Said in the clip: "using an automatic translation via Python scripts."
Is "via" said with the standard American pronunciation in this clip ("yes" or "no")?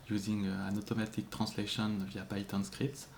yes